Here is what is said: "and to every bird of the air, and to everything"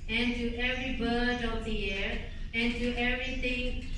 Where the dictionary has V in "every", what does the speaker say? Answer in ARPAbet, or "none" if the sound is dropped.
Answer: V